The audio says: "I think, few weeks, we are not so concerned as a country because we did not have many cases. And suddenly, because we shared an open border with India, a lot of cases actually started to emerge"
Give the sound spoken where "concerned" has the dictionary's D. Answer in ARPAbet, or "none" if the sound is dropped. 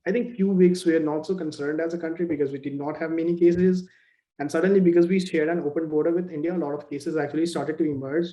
D